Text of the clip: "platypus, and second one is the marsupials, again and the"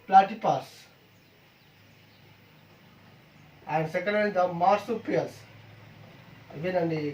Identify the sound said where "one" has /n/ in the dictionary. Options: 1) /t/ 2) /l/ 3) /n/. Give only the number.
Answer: 2